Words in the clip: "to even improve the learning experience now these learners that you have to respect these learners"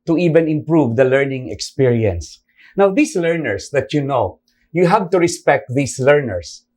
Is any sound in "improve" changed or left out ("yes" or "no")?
no